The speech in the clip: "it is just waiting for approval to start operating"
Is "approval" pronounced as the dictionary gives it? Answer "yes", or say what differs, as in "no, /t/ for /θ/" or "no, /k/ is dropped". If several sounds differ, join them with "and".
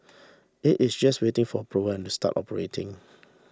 no, /n/ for /l/